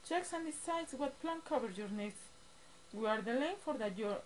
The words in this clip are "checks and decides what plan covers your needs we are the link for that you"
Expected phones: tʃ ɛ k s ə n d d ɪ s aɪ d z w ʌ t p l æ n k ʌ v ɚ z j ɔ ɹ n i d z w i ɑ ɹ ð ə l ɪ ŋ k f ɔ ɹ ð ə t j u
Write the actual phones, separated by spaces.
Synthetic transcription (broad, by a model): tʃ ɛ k s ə n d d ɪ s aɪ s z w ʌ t p l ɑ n k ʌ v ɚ j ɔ ɹ n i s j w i ɑ ɹ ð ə l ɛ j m f ɔ ɹ ð ə t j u